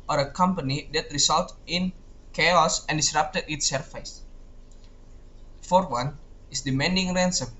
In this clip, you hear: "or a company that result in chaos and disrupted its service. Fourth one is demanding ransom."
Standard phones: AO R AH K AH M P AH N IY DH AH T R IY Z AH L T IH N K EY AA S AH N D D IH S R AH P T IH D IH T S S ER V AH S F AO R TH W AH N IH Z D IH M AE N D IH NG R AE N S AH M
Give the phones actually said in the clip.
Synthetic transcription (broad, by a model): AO R AH K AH M P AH N IY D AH T R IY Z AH L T IH N K EY AA S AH N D D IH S R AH P T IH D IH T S S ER F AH S F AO R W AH N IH S D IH M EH N D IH NG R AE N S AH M